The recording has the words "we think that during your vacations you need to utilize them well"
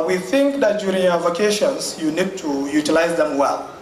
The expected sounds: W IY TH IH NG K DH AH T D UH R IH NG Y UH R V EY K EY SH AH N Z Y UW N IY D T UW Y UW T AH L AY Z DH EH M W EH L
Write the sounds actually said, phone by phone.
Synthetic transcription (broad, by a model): W IY TH IH NG K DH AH T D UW R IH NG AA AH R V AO K EY SH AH N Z Y UW N IY D T UW Y UW T AH L AY Z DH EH M W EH L